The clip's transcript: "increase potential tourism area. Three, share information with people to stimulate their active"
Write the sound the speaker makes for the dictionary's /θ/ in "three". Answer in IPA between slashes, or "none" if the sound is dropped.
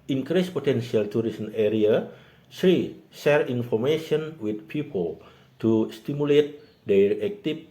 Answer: /s/